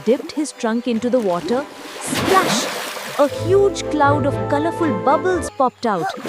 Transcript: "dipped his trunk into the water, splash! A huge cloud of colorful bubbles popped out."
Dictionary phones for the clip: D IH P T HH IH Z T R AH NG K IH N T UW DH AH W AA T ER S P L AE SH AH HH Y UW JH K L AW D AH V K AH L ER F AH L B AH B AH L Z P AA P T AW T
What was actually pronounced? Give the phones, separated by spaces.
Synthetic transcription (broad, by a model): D IH P T HH IH Z T R AH NG K IH N T UW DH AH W AA T ER S P L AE SH AH HH Y UW JH K L AW D AH V K AH L ER F AH L B AH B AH L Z P AA P T AW T